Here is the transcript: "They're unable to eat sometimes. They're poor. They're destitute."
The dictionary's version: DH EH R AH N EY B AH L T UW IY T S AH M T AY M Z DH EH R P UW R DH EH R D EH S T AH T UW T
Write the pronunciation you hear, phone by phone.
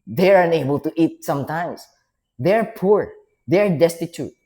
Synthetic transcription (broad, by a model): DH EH R AH N EY B AH L T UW IY T S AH M T AY M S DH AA R P UW R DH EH R D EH S T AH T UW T